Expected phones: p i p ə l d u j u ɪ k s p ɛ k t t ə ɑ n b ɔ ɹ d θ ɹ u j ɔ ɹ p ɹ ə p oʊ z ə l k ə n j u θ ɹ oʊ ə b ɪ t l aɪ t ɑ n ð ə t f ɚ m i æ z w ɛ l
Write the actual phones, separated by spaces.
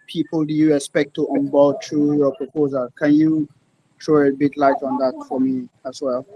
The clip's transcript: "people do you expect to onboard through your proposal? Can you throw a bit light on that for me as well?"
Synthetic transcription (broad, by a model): p i p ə l d u j u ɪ s p ɛ k t t ə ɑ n b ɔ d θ ɹ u j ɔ p ɹ ə p oʊ z ə l k ə n j u t ɹ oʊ ə b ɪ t l aɪ t ɑ n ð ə t f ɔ m i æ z w ɛ l